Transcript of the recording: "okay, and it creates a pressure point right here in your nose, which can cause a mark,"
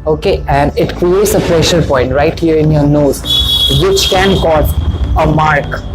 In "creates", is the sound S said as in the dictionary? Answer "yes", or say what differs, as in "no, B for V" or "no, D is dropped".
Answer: yes